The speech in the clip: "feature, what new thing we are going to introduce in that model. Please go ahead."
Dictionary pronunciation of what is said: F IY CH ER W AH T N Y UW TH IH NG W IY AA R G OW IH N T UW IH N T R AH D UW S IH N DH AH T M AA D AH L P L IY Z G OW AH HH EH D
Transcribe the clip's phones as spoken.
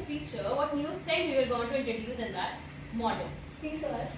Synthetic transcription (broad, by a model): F IY CH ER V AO T N Y UW T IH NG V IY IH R G OW IH N T UW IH N T R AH D UW S IH N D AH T M AA D AH L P IY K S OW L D